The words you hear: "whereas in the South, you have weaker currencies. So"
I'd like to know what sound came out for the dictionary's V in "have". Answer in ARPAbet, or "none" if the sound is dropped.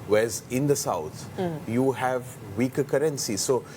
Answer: V